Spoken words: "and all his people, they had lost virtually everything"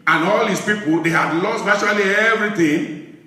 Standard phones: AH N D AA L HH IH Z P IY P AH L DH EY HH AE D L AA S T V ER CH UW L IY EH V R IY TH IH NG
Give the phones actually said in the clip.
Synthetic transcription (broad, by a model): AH N AA L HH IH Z P IY P AH L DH EY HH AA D L AA S T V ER SH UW L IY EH V R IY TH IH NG